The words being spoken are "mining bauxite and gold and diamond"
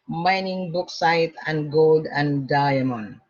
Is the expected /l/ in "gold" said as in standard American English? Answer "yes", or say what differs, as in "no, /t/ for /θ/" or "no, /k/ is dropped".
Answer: yes